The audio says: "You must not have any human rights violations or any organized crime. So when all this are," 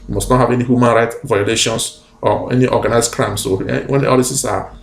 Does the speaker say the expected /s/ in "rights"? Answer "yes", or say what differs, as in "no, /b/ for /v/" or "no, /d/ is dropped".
no, /s/ is dropped